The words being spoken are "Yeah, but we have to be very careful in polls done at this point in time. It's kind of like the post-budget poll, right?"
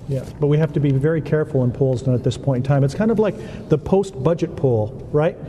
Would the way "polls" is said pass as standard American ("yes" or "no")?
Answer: yes